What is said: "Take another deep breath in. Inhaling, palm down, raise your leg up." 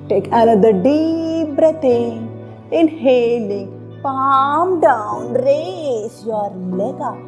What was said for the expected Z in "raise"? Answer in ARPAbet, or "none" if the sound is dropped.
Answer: S